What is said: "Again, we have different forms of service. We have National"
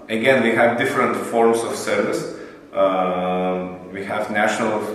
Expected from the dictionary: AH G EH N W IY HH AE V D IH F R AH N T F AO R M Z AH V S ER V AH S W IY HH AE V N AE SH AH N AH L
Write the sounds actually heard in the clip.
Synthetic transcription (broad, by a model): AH G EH N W IY HH AE V D IH F R AH N T F AO R M S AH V S ER V AH S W IY HH AE V N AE SH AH N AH L